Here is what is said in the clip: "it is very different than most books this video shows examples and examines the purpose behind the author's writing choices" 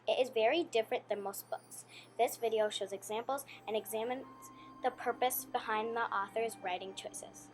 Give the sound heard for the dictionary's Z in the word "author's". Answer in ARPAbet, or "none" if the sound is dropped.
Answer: Z